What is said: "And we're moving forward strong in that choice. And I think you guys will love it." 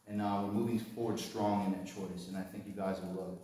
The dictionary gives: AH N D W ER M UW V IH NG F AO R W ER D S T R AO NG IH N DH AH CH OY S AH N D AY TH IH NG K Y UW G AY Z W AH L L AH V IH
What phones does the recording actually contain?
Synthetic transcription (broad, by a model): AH N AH W ER M UW V IH NG F AO R W ER D S T R AO NG IH N DH AH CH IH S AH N AY TH IH NG K Y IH G AY Z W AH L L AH IH